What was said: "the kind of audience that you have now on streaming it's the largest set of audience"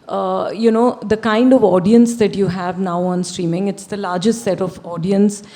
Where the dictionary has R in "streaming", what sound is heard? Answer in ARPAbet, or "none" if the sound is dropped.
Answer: R